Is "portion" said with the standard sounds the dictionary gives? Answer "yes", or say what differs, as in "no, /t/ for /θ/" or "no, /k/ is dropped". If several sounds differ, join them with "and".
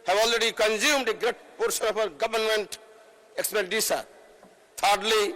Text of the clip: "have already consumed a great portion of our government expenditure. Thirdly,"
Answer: no, /s/ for /ʃ/